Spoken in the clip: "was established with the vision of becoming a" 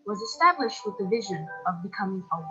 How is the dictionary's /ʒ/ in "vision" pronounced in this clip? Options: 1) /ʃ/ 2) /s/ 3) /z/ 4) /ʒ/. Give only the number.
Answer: 4